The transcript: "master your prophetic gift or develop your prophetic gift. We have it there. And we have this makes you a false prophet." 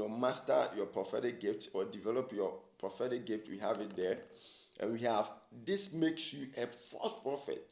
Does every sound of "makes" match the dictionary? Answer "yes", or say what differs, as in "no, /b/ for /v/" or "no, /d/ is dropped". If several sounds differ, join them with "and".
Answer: yes